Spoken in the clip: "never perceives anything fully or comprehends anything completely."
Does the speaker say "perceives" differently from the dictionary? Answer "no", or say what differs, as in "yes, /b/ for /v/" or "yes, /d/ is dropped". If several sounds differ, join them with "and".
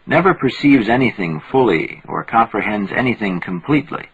no